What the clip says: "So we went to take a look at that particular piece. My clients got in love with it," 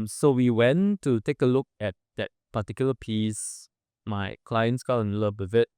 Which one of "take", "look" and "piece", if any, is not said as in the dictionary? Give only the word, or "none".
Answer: none